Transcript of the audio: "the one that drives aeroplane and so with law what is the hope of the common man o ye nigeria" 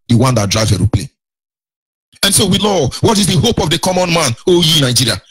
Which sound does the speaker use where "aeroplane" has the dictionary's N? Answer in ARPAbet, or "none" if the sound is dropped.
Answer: none